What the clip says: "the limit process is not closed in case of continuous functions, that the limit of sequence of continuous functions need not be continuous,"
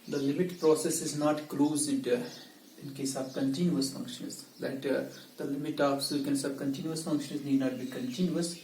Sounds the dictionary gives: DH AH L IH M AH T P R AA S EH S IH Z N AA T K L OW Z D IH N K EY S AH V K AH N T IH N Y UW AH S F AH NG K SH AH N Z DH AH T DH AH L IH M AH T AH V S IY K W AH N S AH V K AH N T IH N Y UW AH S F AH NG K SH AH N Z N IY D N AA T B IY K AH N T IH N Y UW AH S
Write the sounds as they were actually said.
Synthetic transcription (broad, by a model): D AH L IH M AH T P R AA S EH S IH Z N AA T K L OW Z D IH N K EY S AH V K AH N T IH N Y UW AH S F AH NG K SH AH N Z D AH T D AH L IH M AH T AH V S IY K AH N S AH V K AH N T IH N Y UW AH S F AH NG K SH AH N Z N IY D N AA T B IY K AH N T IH N Y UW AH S